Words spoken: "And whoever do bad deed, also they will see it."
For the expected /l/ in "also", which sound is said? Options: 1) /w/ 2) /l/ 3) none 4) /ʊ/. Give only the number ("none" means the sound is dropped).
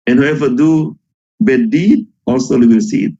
2